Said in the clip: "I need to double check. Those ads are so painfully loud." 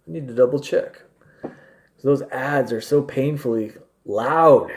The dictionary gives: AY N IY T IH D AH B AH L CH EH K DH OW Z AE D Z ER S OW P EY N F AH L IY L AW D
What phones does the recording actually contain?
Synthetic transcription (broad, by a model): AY N IY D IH D AH B L CH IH K DH OW Z AE D Z ER S OW P EY N F L IY L AW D